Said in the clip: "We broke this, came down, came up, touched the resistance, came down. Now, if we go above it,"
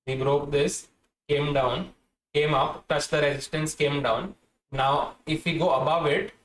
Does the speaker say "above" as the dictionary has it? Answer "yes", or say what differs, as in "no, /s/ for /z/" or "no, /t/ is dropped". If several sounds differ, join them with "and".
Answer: yes